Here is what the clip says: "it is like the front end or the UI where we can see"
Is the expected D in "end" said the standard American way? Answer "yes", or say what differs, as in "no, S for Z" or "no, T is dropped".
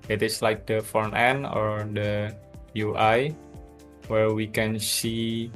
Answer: no, D is dropped